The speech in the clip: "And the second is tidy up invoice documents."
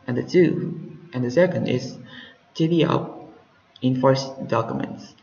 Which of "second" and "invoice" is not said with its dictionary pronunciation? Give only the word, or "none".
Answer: invoice